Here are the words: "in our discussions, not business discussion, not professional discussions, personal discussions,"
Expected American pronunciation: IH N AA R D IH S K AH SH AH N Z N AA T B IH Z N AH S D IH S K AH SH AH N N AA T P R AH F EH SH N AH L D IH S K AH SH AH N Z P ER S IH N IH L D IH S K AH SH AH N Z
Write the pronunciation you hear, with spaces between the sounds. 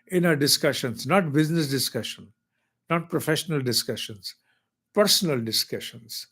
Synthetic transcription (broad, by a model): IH N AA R D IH S K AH SH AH N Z N AA T B IH Z N AH S D IH S K AH SH AH N N AA T P R AH F EH SH N AH L D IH S K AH SH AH N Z P ER S IH N IH L D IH S K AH SH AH N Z